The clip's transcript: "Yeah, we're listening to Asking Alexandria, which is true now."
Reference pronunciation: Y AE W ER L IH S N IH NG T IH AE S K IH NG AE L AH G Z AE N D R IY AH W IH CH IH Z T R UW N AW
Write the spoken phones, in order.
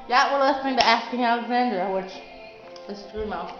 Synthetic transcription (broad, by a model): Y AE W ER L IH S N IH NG T IH AE S K IH NG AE L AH G Z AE N D R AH W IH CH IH S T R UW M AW